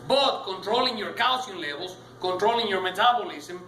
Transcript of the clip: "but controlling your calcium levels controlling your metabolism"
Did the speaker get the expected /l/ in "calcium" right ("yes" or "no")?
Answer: no